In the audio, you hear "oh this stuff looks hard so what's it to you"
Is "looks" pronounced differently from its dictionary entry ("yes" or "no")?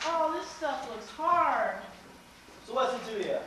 no